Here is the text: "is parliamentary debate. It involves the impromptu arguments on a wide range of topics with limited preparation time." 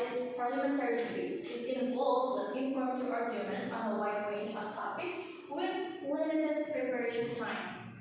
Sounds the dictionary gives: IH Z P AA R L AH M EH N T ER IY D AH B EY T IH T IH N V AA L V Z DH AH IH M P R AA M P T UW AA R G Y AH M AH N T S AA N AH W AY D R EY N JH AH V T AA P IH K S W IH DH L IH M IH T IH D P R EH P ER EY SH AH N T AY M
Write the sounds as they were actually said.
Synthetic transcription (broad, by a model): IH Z P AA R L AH M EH N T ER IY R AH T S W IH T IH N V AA L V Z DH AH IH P IY P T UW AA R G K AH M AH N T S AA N AH W AY D R EY N JH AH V T AA P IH K W IH DH L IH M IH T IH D P R EH P ER EY SH AH N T AY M